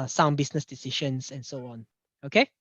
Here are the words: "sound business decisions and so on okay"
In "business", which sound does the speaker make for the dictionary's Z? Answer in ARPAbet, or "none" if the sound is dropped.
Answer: S